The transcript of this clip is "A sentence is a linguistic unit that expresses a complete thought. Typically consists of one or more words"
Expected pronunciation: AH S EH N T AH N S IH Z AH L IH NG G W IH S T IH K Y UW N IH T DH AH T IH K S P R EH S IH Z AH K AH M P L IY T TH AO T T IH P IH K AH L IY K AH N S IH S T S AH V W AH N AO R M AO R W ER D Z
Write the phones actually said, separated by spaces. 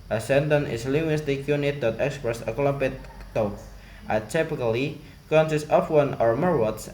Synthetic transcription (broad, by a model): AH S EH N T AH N IH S L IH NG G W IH S T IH K Y UW N IH T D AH T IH K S P R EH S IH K AH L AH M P IY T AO T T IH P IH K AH L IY K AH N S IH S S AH F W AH N AO R M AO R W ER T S